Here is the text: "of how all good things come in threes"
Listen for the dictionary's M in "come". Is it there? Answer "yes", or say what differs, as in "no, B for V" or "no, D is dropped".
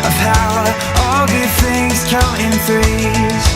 no, M is dropped